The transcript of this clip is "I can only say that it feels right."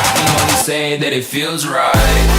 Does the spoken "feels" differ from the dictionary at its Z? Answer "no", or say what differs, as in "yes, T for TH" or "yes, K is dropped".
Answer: no